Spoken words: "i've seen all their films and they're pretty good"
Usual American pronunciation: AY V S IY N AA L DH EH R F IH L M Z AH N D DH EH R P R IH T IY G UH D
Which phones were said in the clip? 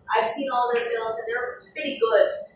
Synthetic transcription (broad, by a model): AY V S IY N AA L DH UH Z F IH L M Z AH N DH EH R P R IH T IY G UH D